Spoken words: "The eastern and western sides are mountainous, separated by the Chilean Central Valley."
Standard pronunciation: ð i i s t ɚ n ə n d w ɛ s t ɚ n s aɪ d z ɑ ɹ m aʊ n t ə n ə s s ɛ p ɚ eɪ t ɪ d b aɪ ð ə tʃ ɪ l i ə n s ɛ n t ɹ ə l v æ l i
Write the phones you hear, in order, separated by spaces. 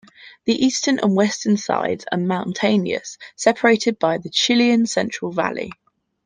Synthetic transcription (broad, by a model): ð i i s t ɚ n ə n w ɛ s t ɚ n s aɪ d z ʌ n m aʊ n t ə n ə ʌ s ɛ p ɚ eɪ t ɪ d b aɪ ð ə tʃ ɪ l i ə n s ɛ n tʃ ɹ ə l v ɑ l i